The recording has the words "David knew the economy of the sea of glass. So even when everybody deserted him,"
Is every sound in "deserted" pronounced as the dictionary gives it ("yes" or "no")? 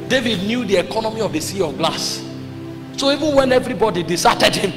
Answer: no